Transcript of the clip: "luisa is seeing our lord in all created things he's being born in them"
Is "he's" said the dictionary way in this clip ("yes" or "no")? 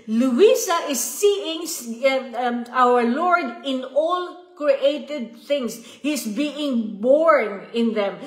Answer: no